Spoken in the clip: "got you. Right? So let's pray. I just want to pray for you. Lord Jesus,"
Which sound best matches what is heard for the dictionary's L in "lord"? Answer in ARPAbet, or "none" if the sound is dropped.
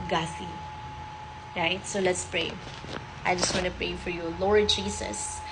L